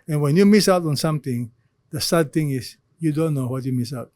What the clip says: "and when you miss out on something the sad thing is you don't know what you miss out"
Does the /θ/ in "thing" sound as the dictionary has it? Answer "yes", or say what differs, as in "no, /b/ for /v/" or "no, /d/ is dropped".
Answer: no, /t/ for /θ/